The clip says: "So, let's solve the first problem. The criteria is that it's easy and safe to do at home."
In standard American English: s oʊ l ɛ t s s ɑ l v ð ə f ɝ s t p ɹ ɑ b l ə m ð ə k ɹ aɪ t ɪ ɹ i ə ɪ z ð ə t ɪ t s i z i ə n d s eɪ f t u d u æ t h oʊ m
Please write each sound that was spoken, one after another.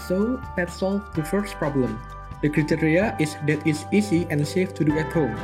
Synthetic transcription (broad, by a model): s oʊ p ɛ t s s ɑ l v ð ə f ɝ s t p ɹ ɑ b l ə m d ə k ɹ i t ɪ ɹ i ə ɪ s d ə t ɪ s i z i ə n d s eɪ f t u d u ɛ t h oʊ m